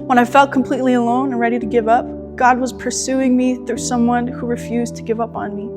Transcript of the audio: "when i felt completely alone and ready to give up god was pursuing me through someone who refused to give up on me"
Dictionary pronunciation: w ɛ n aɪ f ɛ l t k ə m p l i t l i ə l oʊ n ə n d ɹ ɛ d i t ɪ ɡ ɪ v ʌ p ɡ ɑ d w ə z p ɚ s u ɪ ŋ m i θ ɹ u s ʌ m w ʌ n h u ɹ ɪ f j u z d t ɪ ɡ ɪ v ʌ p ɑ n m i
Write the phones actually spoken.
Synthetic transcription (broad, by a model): w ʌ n aɪ f ɛ l t k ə m p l i t l i ə l oʊ n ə n ɹ ɛ d i t ɪ ɡ ɪ v ʌ p ɡ ɑ d w ə z p ɚ s u ɪ ŋ m i θ ɹ u s ʌ m w ʌ n h u ɹ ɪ f j u z t ɪ ɡ ɪ v ʌ p n m i